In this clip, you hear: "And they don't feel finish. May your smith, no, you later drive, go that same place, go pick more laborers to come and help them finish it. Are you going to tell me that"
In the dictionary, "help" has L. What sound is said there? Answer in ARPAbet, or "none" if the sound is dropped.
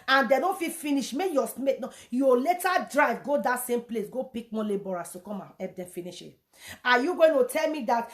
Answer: none